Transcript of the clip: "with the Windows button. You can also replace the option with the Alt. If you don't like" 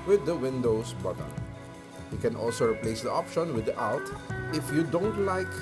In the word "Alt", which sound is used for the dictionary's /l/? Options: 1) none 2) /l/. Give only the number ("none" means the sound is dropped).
1